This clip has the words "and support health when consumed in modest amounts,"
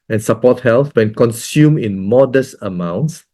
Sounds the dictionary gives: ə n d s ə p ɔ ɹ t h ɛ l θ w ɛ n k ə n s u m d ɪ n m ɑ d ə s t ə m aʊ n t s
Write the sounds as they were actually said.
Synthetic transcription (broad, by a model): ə n s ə p ɔ t h ɛ l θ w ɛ n k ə n s u m ɪ n m ɑ d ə s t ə m aʊ n t s